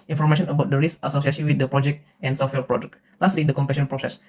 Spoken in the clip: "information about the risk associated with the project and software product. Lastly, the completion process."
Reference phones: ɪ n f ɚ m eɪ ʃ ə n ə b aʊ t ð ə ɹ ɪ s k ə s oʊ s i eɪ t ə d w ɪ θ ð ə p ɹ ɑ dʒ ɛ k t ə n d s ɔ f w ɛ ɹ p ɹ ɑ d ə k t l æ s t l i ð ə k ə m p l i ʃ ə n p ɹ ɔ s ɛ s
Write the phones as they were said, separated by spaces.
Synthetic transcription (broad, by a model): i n f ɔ m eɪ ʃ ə n ə b aʊ t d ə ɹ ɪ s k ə s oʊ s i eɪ s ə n w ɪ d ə p ɹ ɑ dʒ ɛ k t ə n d s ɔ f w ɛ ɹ p ɹ ɑ d ə k t l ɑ s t l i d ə k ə m p ɛ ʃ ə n p ɹ ɔ s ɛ s